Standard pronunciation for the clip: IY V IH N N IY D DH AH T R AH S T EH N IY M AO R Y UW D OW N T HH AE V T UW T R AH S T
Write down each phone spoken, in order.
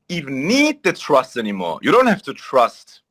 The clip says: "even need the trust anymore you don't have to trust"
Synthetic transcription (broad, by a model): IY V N N IY D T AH T R AH S T EH N IY M AO R Y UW D OW N T HH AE F T UW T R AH S T